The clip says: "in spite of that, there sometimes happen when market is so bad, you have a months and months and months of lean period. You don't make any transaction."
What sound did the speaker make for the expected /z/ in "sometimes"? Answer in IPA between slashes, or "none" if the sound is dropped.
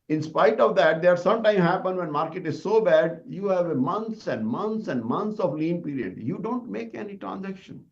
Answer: none